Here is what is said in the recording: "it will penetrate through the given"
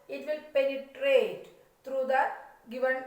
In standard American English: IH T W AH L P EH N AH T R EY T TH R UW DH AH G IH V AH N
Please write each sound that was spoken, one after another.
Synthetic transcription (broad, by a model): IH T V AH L P EH N AH T R EY T T R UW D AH G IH V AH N